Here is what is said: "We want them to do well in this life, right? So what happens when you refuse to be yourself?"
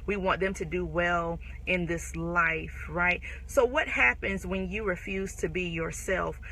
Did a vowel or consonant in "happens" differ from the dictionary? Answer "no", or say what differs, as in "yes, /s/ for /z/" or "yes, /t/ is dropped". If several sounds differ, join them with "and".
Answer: no